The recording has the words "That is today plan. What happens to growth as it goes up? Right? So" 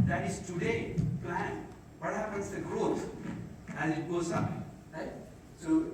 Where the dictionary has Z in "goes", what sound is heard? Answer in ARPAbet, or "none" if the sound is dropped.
S